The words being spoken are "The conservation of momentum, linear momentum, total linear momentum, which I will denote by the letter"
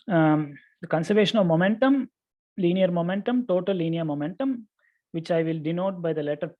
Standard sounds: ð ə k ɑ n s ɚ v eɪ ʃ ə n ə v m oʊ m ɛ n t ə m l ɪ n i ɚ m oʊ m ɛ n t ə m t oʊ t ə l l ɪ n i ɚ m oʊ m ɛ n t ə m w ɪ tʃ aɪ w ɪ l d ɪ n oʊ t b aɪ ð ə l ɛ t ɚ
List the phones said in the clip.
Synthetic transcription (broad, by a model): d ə k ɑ n s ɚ v eɪ ʃ ə n ə v m oʊ m ɛ n t ə m l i n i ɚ m oʊ m ɛ n t ə m t oʊ t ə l l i n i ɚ m oʊ m ɛ n t ə m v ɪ tʃ aɪ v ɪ l d ɪ n oʊ t b aɪ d ə l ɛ t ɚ